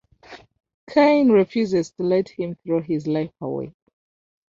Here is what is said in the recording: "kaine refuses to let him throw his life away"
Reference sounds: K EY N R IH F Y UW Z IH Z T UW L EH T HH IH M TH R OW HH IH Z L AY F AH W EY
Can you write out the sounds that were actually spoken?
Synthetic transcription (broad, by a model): K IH N R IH F Y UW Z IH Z T UW L EH T HH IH M TH R OW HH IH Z L AY F AH W EY